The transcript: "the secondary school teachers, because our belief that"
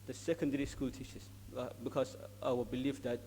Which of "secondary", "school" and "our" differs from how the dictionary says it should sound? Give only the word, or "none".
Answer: our